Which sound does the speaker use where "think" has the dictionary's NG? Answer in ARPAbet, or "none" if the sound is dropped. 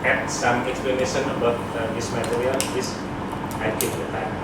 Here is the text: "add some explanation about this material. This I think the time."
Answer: none